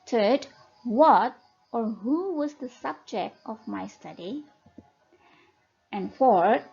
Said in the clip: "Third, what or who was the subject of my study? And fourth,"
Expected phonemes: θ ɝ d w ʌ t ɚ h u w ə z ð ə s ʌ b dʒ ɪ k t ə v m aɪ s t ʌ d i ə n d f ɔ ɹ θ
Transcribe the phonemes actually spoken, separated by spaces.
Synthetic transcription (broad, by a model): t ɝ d w ʌ t ɚ h u w ə z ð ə s ʌ b dʒ ɪ k t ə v m aɪ s t ʌ d i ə n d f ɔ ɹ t